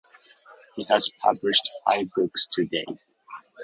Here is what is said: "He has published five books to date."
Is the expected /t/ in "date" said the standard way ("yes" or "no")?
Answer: no